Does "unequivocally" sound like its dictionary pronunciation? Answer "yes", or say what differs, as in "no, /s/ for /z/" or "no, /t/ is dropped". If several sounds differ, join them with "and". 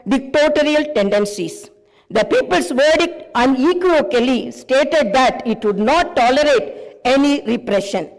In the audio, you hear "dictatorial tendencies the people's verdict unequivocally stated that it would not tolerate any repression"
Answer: no, /v/ is dropped